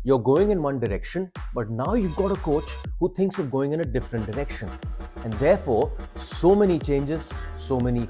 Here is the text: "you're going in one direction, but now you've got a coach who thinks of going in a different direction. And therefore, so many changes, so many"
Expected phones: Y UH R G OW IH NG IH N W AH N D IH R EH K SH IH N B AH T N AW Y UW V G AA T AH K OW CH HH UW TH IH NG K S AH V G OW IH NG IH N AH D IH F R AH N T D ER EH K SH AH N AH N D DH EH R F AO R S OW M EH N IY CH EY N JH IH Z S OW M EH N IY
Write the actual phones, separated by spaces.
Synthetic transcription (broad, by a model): Y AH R G OW IH NG IH N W AH N D IH R EH K SH IH N B AH T N AW Y UW V G AA T AH K OW CH HH UW T IH NG K S AH V G OW IH NG IH N AH D IH F R AH N T D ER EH K SH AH N AH N D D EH R F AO R S OW M EH N IY CH EY N JH IH Z S OW M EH N IY